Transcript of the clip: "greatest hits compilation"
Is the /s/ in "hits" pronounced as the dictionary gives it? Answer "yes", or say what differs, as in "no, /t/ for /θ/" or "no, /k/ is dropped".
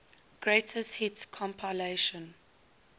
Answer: no, /s/ is dropped